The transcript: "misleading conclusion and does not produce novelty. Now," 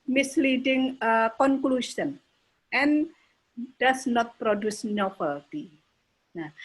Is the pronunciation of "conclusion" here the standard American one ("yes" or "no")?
no